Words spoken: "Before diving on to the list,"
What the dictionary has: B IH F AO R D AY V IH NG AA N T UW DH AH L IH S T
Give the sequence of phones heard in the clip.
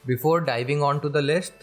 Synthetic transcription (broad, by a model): B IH F AO R D AY V IH NG AA N T UW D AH L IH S T